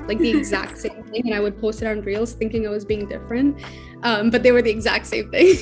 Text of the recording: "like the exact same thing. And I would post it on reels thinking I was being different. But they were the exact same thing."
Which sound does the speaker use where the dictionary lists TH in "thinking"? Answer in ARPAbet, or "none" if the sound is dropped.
TH